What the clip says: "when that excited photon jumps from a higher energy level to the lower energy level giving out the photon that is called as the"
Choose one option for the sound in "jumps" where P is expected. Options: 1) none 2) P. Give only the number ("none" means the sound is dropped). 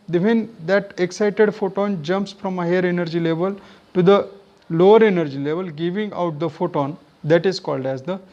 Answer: 2